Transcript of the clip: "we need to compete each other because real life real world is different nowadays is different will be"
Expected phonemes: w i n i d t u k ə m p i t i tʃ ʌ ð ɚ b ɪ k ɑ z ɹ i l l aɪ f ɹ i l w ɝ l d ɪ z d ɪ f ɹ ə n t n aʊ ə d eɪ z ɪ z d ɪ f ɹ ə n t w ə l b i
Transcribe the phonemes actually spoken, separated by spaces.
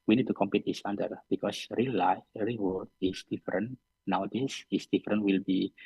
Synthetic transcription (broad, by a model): w i n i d t u k ə m p i t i s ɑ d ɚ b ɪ k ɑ s ɹ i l l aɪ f ɹ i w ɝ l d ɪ s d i f ɹ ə n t n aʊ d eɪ s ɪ s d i f ɹ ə n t w ə l b i